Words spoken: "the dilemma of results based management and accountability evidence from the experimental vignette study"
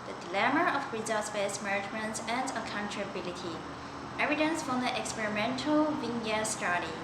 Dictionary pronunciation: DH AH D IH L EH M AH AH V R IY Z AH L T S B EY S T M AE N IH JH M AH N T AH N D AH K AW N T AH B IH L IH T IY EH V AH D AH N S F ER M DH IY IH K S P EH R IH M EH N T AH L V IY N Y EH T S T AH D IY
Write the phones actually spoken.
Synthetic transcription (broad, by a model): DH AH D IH L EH M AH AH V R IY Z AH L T S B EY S M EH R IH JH M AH N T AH N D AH K AW N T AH B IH L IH T IY EH V AH D AH N S F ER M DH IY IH K S P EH R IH M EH N T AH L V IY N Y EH S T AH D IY